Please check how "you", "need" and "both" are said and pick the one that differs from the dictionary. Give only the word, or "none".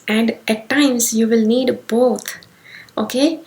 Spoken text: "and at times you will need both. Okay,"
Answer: both